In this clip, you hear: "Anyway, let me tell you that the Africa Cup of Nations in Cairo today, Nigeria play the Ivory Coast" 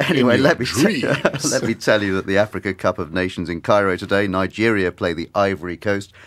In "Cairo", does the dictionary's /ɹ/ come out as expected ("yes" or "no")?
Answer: yes